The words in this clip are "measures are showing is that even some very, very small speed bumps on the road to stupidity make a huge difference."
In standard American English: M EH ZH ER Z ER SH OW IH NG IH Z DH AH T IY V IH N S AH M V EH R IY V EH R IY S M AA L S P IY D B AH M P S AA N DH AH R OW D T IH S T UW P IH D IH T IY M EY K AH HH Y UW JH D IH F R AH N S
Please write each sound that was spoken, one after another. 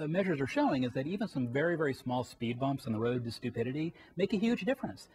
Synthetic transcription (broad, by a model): M EH ZH ER Z ER SH OW IH NG IH Z DH AH T IY V IH N S AH M V EH R IY V EH R IY S M AA L S P IY D B AH M P S N DH AH R OW D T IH S T UW P IH D IH T IY M EY K AH HH Y UW JH D IH F R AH N S